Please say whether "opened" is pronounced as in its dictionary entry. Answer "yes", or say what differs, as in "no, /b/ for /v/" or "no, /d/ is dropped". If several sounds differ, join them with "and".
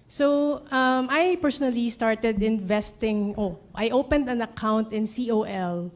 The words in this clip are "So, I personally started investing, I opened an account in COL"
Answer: yes